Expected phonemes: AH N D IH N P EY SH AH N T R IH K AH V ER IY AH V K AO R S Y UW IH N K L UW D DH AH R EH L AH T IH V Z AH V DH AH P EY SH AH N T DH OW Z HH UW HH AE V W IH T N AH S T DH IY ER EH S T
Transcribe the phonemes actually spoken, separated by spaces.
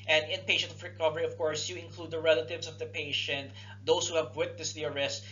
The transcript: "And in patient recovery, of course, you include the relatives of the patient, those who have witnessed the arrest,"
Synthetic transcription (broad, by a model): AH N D IH N P EY SH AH N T R IH K AH V ER IY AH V K AO R S Y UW IH N K L UW D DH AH R EH L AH T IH V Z AH V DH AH P EY SH AH N T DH OW S HH UW HH AE V W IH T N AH S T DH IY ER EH S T